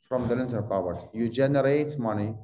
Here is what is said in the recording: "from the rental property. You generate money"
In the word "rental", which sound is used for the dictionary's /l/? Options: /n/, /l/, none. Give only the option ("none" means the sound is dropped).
/n/